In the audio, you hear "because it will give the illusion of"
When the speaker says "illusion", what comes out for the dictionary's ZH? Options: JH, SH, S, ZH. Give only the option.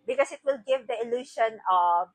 SH